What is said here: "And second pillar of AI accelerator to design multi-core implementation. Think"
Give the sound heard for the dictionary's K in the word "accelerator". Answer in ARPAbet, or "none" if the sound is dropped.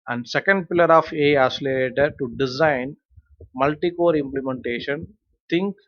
none